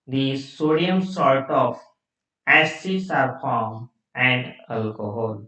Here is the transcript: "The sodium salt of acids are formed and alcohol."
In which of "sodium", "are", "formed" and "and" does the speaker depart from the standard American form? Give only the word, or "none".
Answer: formed